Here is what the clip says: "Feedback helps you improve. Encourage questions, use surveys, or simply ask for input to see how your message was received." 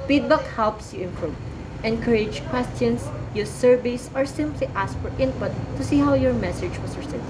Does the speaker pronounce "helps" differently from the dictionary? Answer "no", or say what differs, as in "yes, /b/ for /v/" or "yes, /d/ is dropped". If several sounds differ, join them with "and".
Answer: no